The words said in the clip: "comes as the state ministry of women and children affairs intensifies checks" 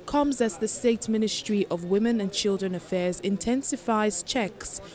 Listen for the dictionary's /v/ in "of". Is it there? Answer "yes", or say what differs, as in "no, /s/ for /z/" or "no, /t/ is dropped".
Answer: yes